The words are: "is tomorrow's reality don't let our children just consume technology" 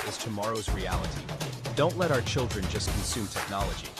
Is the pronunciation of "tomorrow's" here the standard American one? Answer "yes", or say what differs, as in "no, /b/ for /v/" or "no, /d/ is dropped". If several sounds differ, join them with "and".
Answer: yes